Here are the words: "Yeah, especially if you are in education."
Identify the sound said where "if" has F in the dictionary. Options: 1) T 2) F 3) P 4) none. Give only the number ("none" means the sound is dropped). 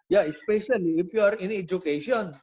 3